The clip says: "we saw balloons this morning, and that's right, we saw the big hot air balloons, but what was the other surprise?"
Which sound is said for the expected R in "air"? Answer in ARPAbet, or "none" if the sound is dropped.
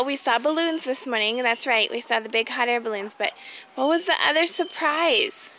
R